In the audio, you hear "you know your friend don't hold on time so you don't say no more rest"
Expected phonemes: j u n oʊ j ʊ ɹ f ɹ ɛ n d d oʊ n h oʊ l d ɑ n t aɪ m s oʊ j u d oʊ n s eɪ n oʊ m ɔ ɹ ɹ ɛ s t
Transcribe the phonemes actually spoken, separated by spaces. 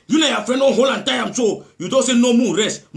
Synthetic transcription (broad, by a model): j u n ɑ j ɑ f ɹ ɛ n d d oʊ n h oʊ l ɑ n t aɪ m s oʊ j u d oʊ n s eɪ n oʊ m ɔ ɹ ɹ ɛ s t